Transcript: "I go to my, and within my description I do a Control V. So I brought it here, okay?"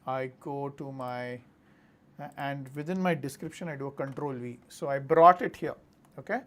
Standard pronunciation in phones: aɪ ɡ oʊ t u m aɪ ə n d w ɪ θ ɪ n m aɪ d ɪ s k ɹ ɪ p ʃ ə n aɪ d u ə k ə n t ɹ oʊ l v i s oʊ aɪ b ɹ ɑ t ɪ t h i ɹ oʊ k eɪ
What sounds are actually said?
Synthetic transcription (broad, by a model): aɪ ɡ oʊ t u m aɪ ə n d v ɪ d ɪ n m aɪ d ɪ s k ɹ ɪ p ʃ ə n aɪ d u ə k ə n t ɹ oʊ l v i s oʊ aɪ b ɹ ɑ t ɪ t h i ɹ oʊ k eɪ